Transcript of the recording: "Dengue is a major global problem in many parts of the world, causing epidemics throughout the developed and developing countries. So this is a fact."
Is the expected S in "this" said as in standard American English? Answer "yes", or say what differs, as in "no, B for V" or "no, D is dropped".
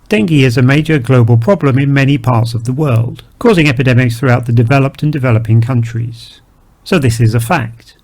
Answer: yes